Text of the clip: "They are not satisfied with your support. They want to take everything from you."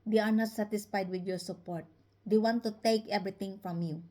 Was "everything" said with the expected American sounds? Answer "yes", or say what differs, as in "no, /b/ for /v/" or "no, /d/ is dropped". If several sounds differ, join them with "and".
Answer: no, /t/ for /θ/